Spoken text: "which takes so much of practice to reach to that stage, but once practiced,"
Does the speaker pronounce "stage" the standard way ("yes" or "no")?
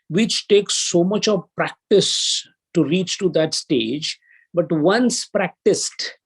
yes